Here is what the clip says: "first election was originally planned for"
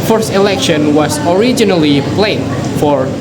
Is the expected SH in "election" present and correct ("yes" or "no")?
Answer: yes